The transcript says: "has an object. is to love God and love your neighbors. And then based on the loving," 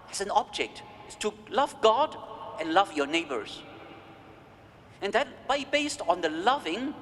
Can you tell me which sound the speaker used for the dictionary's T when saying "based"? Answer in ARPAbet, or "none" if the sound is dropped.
T